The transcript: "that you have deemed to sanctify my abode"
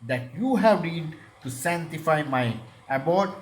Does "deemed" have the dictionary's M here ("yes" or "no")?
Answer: no